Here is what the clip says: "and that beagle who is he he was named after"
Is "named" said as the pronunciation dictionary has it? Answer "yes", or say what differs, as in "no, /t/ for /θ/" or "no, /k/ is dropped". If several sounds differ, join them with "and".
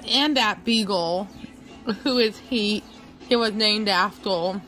yes